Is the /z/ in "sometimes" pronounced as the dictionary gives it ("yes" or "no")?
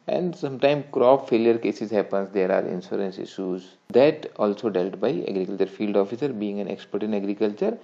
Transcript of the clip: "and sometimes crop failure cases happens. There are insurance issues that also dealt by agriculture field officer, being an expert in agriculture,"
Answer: no